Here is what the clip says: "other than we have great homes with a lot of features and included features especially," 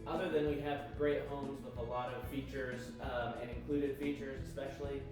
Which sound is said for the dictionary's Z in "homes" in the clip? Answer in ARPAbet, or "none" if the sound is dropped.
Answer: Z